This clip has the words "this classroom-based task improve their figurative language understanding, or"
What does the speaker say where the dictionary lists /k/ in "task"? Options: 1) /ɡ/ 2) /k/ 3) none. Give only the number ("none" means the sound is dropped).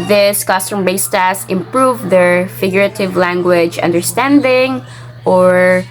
3